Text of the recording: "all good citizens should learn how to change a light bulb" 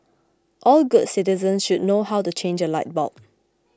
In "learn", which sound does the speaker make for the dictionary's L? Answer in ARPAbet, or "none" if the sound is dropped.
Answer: N